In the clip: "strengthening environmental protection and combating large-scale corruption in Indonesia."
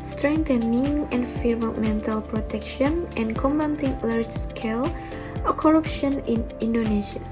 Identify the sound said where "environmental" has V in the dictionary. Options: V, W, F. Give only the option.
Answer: F